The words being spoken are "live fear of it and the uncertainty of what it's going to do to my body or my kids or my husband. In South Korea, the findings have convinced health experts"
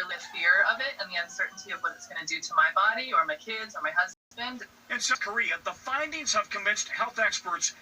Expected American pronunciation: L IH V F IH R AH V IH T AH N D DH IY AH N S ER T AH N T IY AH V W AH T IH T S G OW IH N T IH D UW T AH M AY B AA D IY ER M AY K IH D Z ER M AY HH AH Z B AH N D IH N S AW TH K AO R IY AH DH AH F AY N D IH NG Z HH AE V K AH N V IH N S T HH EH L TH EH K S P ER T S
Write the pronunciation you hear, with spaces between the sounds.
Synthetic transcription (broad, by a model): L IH F IH R AH V IH T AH N DH IY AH N S ER T N T IY AH V W AH T IH T S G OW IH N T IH D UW T AH M AY B AA D IY ER M AY K IH D Z ER M AY HH AH Z B AH N D IH N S K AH R IY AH DH AH F AY N D IH NG Z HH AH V K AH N V IH N S T HH EH L TH EH K S P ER T S